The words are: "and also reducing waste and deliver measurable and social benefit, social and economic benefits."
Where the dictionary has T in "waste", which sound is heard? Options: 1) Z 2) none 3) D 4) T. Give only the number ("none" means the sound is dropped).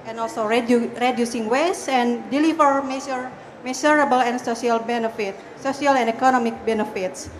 2